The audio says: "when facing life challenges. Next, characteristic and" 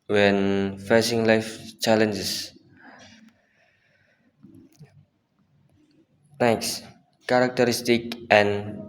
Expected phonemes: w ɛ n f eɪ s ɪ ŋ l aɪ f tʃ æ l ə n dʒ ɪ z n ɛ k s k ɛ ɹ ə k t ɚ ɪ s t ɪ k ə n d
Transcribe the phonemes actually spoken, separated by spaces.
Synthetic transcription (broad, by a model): w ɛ n f eɪ s ɪ ŋ l aɪ f tʃ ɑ l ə n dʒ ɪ s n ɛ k s k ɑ ɹ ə k t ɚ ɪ s t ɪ k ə n